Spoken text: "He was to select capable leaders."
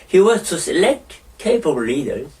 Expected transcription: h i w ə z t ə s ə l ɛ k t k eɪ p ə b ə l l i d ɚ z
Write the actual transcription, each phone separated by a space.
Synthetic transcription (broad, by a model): h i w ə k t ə s ə l ɛ k t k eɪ ə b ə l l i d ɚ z